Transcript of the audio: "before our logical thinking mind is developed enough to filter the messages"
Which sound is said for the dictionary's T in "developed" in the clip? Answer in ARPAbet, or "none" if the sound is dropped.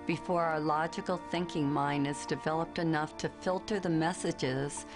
T